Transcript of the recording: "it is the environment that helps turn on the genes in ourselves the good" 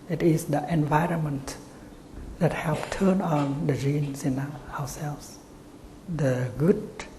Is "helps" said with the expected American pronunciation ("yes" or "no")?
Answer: no